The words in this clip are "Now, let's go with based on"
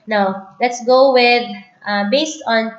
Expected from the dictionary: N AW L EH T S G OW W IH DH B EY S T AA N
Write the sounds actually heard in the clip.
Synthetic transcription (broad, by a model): N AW L EH T S G OW W IH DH B EY S T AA N